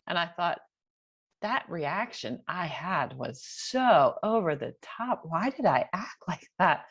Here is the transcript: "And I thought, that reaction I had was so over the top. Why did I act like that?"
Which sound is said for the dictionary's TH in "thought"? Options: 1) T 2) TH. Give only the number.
2